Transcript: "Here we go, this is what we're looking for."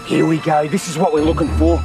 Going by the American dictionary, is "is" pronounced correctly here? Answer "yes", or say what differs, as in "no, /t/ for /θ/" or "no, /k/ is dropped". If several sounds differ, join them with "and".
yes